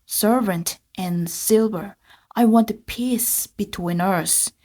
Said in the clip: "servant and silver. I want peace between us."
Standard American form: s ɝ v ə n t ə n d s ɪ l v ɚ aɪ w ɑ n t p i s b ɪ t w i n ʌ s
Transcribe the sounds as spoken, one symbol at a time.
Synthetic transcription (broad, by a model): s ɝ v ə n t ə n s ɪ l v ɚ aɪ w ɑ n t p i s b ɪ t w i n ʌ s